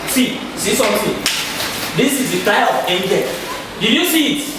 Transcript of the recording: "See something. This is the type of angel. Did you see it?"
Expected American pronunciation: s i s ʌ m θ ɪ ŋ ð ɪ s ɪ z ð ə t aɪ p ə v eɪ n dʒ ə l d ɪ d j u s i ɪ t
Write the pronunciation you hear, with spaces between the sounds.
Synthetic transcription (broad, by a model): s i s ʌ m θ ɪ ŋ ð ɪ s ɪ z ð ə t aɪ ə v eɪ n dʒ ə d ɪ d j u s i t